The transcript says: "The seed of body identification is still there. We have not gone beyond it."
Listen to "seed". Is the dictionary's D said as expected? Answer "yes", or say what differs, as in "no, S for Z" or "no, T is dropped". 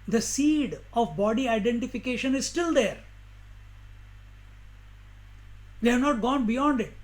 yes